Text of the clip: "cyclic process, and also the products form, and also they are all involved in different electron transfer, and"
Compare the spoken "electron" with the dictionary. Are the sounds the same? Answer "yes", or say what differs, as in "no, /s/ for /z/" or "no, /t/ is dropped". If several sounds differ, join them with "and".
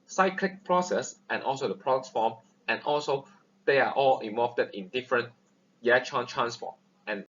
no, /k/ is dropped